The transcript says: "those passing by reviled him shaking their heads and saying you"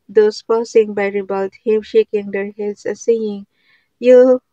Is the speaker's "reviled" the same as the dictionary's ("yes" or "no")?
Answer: no